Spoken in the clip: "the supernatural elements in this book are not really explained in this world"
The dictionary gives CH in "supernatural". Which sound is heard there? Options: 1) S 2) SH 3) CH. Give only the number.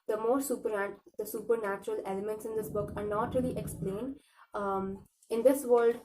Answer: 3